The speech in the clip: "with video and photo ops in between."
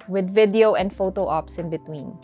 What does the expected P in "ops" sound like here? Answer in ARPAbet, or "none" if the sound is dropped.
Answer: P